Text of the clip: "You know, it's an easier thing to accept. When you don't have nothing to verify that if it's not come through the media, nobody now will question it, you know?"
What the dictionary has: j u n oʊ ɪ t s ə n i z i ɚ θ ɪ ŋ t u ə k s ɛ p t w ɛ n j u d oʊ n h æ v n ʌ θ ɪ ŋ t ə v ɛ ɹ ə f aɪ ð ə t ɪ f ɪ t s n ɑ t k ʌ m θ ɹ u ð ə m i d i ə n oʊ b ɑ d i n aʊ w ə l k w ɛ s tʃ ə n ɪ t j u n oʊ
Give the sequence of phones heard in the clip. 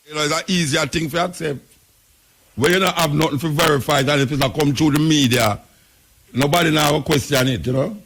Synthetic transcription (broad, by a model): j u n oʊ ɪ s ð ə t i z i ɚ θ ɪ ŋ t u ə k s ɛ p t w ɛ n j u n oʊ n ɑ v n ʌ t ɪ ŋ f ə v ɛ ɹ ə f aɪ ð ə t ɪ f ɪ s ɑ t k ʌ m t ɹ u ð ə m i d i ə n oʊ b ɑ d i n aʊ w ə k w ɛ s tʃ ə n ɪ t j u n oʊ